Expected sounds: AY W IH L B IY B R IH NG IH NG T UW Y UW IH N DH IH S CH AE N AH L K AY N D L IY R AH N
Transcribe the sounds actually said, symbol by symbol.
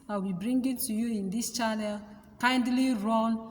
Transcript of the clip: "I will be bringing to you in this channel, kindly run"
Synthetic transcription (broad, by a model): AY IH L B IY B R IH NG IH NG T UW Y UW IH N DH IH S CH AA N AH L K AY N D L IY R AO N